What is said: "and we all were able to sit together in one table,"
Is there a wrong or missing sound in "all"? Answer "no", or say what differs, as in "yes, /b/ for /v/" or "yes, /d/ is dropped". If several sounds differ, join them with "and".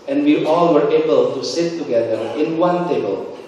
no